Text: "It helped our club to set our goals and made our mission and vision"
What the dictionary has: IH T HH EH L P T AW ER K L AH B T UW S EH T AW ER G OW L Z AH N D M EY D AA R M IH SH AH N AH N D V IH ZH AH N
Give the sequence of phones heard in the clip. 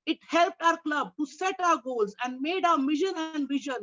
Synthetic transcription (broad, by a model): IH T HH EH L P T AW ER K L AH B T UW S EH T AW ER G OW L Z AH N D M EY D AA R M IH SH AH N AH N D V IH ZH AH N